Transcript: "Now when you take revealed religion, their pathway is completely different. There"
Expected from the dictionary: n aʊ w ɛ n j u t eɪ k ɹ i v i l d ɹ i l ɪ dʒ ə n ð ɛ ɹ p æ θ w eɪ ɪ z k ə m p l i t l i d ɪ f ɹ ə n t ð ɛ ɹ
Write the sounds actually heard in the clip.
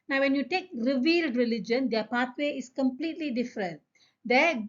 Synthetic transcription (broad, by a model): n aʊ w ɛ n j u t eɪ k ɹ i v i l d ɹ i l ɪ dʒ ə n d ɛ p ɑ t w eɪ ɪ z k ə m p l i t l i d ɪ f ɹ ə n t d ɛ